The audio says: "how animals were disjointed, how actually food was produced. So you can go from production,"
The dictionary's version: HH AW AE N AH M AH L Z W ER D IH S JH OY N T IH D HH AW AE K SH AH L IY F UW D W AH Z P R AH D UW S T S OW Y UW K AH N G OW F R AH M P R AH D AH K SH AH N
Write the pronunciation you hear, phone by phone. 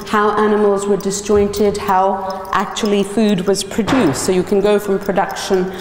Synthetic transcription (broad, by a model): HH AW AE N AH M AH L Z W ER D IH S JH OY N T IH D HH AW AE K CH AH L IY F UW D W AH Z P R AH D UW S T S OW Y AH K AH N G OW F R AH M P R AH D AH K SH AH N